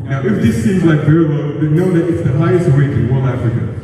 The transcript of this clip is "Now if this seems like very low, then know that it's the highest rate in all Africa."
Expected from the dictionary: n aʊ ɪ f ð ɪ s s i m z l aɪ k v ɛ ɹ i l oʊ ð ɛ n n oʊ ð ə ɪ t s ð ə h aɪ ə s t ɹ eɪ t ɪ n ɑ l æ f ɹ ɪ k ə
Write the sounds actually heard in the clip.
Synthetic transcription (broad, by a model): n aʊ ɪ f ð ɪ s s i m z l aɪ k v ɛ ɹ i w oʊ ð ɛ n n oʊ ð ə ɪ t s ð ə h aɪ ə s t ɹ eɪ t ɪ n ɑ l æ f ɹ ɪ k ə